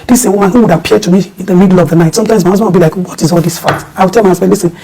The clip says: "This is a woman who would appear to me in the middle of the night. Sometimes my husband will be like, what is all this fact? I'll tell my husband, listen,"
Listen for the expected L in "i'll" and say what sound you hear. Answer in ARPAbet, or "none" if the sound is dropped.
W